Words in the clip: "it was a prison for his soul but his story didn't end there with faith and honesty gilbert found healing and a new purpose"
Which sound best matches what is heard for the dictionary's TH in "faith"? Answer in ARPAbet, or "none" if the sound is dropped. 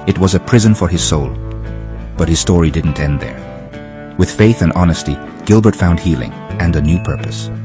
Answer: TH